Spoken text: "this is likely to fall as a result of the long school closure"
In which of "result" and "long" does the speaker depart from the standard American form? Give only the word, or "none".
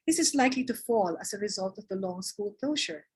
none